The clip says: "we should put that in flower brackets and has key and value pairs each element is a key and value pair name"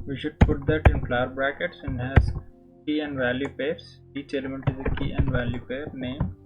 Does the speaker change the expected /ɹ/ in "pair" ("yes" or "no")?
no